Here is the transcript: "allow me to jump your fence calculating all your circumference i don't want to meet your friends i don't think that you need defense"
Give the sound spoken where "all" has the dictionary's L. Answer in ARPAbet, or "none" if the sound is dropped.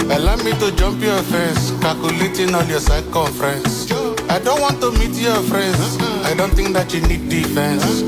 N